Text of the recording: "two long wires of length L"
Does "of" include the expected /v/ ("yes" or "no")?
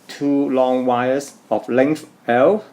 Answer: no